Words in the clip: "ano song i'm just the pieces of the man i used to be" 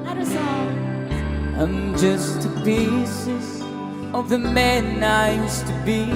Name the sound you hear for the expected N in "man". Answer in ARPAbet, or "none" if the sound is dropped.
N